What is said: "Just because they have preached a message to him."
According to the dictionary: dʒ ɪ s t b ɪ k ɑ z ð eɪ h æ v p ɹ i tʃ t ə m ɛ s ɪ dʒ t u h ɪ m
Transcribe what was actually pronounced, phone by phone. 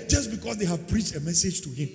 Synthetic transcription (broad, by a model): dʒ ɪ s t b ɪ k ɑ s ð eɪ h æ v p ɹ i tʃ t ə m ɛ s ɪ dʒ t u h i m